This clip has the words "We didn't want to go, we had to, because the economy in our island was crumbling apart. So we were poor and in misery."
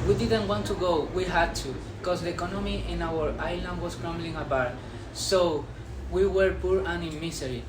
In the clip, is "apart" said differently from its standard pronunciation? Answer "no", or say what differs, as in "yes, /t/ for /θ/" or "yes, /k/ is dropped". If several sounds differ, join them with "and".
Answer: yes, /b/ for /p/